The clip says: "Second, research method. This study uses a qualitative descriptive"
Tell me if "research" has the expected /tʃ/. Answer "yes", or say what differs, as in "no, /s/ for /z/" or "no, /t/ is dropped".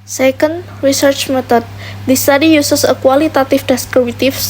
yes